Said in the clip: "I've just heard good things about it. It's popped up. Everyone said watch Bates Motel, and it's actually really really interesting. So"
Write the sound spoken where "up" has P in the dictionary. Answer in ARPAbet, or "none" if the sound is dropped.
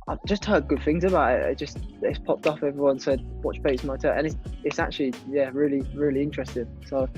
F